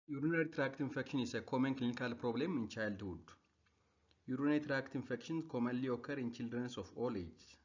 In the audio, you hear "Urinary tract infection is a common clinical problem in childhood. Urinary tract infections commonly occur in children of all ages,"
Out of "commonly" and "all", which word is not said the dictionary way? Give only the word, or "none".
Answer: commonly